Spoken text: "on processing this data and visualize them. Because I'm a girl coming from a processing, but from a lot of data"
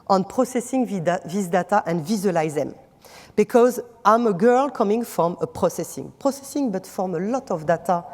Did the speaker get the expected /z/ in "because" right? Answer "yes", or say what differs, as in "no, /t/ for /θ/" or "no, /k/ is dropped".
yes